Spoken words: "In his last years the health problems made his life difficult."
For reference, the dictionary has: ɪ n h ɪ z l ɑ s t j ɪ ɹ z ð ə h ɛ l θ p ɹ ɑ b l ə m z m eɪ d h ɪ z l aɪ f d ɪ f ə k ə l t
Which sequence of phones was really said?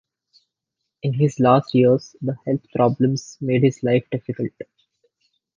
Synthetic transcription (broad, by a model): ɪ n h ɪ z l ɑ s t j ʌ ɹ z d ə h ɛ l t p ɹ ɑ b l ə m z m eɪ d h ɪ z l aɪ f d ɪ f ə k ə l t